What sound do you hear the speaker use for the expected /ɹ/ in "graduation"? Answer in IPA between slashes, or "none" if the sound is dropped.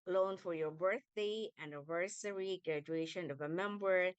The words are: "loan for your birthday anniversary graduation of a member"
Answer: /ɹ/